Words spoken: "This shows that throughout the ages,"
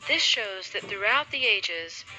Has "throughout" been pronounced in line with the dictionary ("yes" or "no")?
yes